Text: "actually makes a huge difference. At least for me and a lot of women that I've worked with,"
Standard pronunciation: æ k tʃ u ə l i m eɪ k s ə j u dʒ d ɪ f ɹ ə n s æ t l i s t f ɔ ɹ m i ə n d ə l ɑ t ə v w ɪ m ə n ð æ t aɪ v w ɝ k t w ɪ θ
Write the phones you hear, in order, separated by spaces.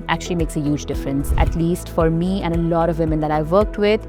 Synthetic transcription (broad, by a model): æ k tʃ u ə l i m eɪ k s ə j u dʒ d ɪ f ɹ ə n s æ t l i s t f ɔ ɹ m i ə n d ə l ɑ t ə v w ɪ m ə n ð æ t aɪ v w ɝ k t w ɪ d